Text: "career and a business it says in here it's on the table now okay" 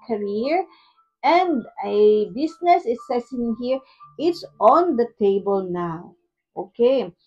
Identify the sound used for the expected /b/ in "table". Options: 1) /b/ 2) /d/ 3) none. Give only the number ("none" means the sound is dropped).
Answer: 1